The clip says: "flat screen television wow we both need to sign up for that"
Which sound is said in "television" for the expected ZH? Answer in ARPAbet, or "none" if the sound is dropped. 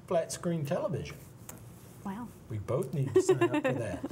ZH